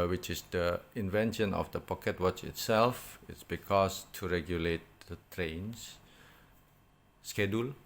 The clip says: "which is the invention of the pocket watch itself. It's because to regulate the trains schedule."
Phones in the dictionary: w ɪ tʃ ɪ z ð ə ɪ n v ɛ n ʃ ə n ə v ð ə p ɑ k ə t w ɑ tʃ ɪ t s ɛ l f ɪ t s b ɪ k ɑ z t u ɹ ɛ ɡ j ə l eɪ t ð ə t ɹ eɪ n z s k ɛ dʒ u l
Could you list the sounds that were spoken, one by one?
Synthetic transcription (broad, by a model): w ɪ tʃ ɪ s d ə ɪ n v ɛ n ʃ ə n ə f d ə p ɑ k ə t w ɑ tʃ ɪ t s ɛ l f ɪ t s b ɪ k ɑ s t u ɹ ɛ ɡ j ə l eɪ t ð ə t ɹ eɪ n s s k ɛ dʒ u l